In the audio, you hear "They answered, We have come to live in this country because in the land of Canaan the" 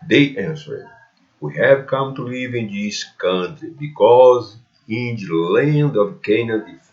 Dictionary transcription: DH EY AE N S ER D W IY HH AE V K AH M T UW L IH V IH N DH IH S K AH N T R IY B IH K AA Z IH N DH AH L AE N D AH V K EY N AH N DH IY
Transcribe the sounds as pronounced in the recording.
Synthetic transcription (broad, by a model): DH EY AE N S ER D W IY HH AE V K AH M T UW L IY V IH N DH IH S K AH N T R IY B IH K AA Z IH N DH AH L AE N D AH V K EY N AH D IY